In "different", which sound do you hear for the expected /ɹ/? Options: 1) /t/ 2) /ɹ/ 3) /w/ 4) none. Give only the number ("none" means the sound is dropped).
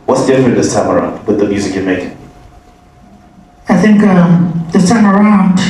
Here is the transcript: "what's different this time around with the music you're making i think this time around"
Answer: 4